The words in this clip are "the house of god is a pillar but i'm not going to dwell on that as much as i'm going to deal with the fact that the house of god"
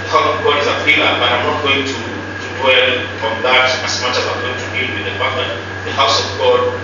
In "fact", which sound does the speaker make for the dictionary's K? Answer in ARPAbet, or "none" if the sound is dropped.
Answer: none